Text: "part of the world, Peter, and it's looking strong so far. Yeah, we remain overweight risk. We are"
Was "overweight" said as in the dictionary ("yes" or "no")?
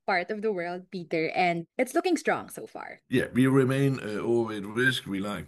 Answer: no